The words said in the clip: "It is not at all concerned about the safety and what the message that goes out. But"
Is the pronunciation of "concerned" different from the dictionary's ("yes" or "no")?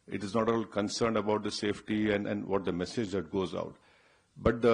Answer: no